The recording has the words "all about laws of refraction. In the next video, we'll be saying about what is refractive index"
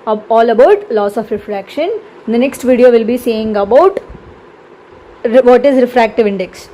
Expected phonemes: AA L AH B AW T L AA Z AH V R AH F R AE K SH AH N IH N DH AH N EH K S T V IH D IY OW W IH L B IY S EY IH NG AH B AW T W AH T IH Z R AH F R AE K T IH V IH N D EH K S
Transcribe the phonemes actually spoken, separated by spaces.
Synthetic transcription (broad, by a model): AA L AH B AW T L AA S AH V R AH F R AE K SH AH N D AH N EH K S T V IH D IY OW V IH L B IY S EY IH NG AH B AW T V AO T IH Z R AH F R AE K T IH V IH N D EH K S